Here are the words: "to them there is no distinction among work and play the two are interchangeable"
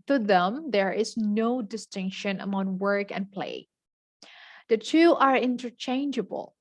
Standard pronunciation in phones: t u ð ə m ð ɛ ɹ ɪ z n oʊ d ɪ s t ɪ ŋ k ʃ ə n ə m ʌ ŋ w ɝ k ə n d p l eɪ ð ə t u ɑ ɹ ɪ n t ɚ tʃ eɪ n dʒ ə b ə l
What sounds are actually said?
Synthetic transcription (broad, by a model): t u ð ə m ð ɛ ɹ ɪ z n oʊ d ɪ s t ɪ ŋ k ʃ ə n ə m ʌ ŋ w ɝ k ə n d p l eɪ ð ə t u ɑ ɹ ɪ n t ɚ tʃ eɪ n dʒ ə b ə l